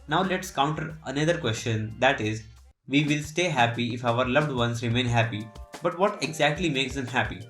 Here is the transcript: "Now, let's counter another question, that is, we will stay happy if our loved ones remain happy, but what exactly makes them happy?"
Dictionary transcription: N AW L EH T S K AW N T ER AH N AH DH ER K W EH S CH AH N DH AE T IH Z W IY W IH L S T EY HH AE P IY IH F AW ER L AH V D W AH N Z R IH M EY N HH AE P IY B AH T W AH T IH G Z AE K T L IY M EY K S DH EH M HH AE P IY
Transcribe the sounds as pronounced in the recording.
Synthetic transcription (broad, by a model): N AW L EH T S K AW N T ER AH N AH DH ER K W EH S CH AH N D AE T IH Z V IY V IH L S T EY HH AE P IY IH F AW ER L AH V D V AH N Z R IH M EY N HH AE P IY B AH T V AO T IH G Z AE K T L IY M EY K S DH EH M HH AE P IY